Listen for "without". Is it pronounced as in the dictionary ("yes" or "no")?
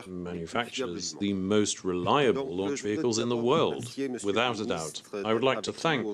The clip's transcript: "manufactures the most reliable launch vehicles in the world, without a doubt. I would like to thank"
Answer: yes